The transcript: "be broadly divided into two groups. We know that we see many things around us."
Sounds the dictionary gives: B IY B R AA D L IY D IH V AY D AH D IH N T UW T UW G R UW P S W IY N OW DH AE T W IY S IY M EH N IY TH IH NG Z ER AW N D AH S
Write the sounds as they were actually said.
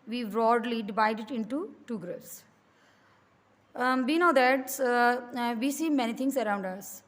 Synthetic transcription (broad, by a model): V IY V R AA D L IY D IH V AY D AH D IH N T UW T UW G R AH S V IY N OW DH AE T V IY S IY M EH N IY T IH NG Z ER AW N D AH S